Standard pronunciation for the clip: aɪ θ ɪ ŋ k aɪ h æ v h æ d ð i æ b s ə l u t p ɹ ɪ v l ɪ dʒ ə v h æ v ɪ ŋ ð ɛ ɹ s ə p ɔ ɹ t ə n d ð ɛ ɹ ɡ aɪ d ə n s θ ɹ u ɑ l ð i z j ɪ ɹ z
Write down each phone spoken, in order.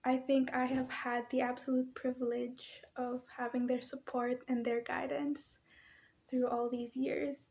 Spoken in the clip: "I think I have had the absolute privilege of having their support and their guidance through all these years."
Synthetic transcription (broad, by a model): aɪ θ ɪ ŋ k aɪ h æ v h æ d ð i æ b s ə l u t p ɹ ɪ v l ɪ dʒ ə v h æ v ɪ ŋ ð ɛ ɹ s ə p ɔ ɹ t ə n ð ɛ ɹ ɡ aɪ d ə n s θ ɹ u ɑ l ð i z j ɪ ɹ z